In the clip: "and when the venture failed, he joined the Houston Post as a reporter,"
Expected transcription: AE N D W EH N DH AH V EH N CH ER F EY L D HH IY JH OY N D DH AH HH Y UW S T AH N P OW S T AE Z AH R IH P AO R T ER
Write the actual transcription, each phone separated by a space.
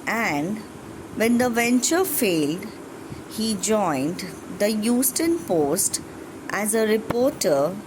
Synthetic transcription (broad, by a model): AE N D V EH N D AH V EH N CH ER F EY L D HH IY JH OY N D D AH Y UW S T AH N P OW S T AE Z AH R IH P AO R T ER